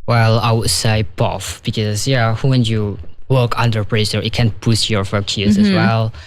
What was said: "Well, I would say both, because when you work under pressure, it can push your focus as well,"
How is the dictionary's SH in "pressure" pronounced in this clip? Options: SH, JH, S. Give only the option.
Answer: S